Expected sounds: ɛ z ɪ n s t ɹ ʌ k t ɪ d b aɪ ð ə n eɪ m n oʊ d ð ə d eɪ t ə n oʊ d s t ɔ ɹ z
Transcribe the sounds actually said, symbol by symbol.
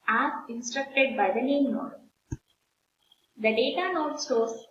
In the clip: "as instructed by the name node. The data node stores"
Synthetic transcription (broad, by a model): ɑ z ɪ n s t ɹ ʌ k t ɪ d b aɪ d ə n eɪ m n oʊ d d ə d eɪ t ə n oʊ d s t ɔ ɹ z